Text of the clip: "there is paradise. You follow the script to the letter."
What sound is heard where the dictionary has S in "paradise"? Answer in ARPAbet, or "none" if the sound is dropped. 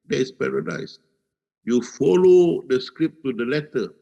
S